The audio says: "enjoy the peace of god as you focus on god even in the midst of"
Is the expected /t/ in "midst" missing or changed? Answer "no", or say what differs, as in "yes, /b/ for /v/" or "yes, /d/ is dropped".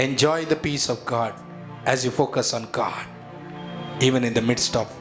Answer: no